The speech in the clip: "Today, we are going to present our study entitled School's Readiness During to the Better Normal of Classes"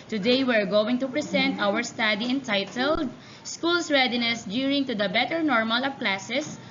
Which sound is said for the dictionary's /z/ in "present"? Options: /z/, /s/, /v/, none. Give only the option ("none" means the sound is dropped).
/s/